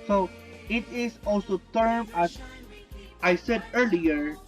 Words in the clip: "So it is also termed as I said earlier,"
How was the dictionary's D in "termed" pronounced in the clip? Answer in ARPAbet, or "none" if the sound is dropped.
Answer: none